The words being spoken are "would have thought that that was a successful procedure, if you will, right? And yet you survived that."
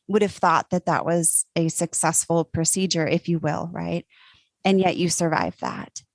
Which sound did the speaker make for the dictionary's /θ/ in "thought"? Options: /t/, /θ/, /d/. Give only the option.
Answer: /θ/